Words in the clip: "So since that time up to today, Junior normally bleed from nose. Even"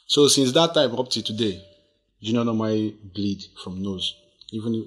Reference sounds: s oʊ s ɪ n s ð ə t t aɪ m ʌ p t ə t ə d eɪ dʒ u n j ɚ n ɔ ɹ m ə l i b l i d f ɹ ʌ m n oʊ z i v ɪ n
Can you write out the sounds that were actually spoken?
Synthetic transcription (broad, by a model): s oʊ s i n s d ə t t aɪ m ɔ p t ə t ə d eɪ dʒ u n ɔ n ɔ m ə i b l i d f ɹ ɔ m n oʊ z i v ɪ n